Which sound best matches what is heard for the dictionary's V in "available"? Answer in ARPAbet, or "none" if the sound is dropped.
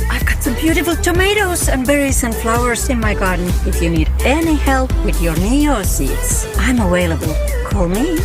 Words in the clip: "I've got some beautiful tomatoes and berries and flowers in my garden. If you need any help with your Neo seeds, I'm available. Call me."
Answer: W